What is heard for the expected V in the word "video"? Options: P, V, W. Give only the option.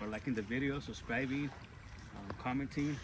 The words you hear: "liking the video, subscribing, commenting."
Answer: V